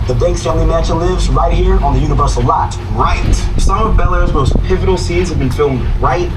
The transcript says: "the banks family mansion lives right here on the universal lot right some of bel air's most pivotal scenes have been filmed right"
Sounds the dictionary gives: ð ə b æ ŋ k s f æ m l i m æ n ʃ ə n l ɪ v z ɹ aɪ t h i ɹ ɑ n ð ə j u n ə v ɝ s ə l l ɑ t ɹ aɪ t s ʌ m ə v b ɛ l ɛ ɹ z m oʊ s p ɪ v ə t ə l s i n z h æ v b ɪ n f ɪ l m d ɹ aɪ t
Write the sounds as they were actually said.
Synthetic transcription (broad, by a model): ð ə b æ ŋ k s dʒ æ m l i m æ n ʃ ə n l ɪ v z ɹ aɪ t h i ɹ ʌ n ð ə j u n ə v ɝ s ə l l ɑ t ɹ aɪ t s ʌ m ə v b ɛ l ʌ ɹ z m oʊ s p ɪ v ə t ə l s i n z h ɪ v b ɪ n f ɪ l m d ɹ aɪ t